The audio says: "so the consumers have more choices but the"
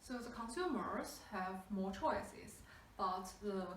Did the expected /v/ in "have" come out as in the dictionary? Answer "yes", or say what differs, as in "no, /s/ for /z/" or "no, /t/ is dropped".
yes